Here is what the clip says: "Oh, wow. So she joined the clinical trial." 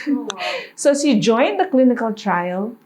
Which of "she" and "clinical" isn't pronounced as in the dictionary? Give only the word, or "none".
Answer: she